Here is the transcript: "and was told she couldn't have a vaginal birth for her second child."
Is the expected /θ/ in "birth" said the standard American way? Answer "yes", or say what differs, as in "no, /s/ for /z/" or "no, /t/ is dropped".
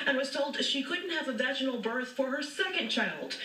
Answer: yes